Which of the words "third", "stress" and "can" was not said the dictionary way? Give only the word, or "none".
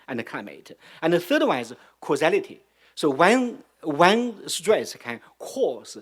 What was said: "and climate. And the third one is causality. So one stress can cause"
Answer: none